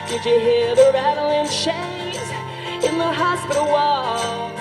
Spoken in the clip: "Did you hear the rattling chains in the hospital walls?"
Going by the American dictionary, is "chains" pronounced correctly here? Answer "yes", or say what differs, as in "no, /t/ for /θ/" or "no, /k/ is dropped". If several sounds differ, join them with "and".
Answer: no, /n/ is dropped